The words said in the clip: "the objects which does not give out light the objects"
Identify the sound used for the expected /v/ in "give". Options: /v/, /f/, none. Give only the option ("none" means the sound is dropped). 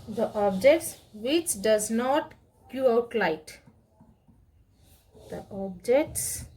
none